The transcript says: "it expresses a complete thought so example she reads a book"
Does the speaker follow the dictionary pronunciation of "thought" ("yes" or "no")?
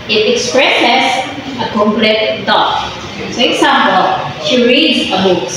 no